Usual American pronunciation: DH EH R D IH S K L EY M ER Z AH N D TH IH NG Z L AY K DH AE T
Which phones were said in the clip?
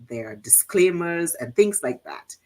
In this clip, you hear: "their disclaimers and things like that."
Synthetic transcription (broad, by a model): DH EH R D IH S K L EY M ER Z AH N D TH IH NG Z L AY K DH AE T